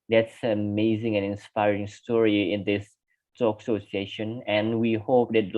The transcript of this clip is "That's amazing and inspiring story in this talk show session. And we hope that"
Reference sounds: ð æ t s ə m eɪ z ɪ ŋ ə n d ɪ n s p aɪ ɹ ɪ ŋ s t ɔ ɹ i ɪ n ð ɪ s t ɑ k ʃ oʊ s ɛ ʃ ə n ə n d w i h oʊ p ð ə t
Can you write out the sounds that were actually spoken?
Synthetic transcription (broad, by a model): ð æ t s ə m eɪ z ɪ ŋ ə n ɪ n s p aɪ ɹ ɪ ŋ s t ɔ ɹ i ɪ n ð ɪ s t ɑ k s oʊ s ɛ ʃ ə n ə n w i h oʊ p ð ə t